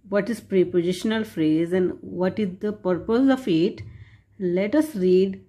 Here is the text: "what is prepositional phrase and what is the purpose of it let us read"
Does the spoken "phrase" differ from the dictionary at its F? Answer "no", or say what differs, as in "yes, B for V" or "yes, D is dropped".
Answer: no